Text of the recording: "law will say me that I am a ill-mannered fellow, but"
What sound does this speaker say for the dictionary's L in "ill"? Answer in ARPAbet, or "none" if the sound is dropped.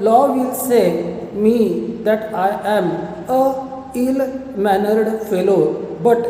L